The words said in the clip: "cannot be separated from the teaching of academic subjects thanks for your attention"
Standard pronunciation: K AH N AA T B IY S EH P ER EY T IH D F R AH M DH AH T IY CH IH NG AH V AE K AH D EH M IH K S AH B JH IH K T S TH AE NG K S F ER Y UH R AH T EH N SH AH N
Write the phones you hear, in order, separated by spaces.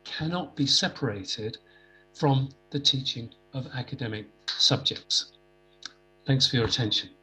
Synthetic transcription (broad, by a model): K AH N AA T B IY S EH P ER EY T IH D F R AH M DH AH T IY CH IH NG AH V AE K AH D EH M IH K S AH B JH IH K T S TH AE NG K S F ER Y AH R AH T EH N SH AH N